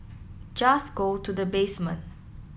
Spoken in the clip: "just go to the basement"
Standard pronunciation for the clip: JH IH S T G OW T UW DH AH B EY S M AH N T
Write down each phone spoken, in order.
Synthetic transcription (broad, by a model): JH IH S G OW T UW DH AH B EY S M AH N